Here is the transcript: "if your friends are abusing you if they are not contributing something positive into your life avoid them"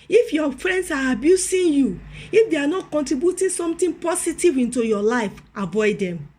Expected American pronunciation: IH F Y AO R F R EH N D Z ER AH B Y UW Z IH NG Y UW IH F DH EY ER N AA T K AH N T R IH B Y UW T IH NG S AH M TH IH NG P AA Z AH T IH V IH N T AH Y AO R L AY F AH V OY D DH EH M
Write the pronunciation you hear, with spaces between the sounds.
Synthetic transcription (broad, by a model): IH F Y AO F R EH N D S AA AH B Y UW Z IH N Y UW IH F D EY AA N AA T K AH N T R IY B Y UW T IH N S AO M T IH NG P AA S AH T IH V IH N T AH Y AO L AY F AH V OY D EH M